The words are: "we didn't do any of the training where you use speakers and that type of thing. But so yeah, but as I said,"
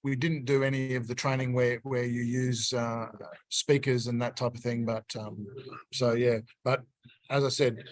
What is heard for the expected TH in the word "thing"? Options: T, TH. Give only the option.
TH